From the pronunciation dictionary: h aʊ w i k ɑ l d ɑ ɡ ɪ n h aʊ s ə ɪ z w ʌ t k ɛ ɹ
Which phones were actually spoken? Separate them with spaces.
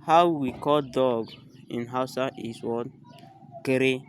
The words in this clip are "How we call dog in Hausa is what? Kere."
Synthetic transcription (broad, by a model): h aʊ w i k ɑ l d ɑ ɡ ɪ n h aʊ s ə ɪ s w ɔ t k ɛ ɹ